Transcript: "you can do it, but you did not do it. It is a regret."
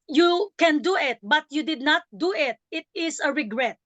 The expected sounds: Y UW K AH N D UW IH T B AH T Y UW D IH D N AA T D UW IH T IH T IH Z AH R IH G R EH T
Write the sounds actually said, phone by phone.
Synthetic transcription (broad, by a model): Y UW K AH N D UW IH T B AH T Y UW D IH D N AA T D UW IH T IH T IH S AH R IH G R EH T